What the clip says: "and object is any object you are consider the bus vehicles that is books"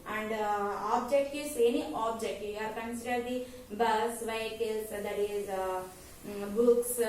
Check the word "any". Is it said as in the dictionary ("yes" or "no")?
yes